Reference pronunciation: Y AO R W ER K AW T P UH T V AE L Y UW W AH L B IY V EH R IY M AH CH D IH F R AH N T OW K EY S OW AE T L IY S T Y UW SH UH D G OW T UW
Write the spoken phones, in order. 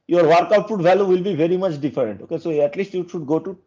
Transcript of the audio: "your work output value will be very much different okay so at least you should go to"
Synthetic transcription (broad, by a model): Y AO R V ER K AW T F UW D V AE L Y UW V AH L B IY V EH R IY M AH CH D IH F R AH N T OW K EY S OW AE T L IY S T Y UW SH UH D G OW T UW